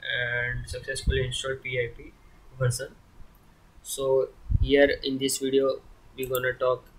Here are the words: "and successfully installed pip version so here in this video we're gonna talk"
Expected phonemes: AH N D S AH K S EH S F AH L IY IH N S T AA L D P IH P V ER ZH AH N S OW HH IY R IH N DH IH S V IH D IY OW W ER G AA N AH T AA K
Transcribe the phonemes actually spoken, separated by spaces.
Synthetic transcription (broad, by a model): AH N D S AH K S EH S F AH L IY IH N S T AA D P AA P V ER S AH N S OW HH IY R IH N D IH S V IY D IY OW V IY G AA N AH T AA K